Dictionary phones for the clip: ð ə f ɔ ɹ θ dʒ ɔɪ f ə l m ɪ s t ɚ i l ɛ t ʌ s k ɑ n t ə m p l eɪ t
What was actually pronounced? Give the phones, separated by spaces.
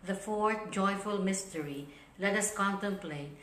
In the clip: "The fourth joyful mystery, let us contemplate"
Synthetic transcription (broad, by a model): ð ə f ɔ ɹ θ dʒ ɔɪ f ə l m ɪ s t ɚ i l ɛ t ʌ s k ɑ n t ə m p l eɪ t